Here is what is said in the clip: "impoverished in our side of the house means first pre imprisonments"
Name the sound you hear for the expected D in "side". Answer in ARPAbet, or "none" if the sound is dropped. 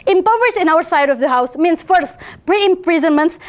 D